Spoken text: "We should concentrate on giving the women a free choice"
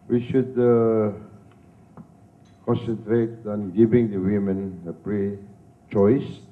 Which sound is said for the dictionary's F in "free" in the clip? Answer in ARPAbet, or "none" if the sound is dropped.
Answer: P